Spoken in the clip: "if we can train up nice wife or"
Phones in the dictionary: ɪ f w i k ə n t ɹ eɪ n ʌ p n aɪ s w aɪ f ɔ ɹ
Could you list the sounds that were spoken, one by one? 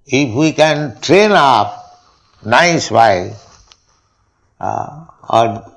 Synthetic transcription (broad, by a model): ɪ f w i k ə n t ɹ eɪ n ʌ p n aɪ s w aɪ ɔ ɹ